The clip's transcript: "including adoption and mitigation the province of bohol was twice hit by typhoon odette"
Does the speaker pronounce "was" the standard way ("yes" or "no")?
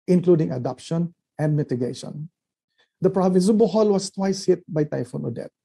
no